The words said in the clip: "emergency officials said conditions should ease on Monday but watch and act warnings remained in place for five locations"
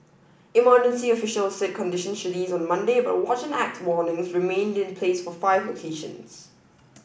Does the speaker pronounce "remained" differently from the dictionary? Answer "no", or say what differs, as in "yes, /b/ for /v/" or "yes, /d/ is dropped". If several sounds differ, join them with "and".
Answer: no